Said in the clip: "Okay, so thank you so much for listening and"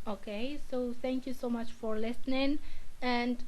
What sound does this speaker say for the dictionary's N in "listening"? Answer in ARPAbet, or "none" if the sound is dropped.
N